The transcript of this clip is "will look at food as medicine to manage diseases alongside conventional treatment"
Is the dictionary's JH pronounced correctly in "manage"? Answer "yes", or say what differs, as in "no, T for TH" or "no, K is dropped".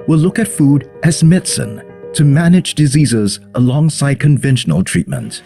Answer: yes